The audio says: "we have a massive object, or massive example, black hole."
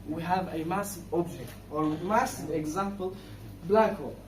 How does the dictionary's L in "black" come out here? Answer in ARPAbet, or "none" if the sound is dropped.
L